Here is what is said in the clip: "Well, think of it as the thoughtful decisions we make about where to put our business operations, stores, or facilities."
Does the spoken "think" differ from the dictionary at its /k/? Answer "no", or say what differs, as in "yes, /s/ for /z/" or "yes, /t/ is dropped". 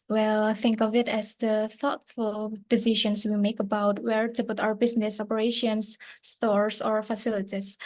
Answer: no